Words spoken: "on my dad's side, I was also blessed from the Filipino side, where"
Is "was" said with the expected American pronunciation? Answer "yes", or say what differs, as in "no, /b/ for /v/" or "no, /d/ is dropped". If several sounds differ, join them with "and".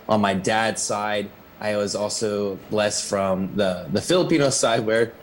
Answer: yes